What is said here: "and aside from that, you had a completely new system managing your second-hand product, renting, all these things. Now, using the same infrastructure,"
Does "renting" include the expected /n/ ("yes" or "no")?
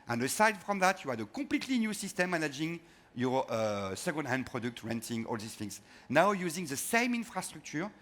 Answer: yes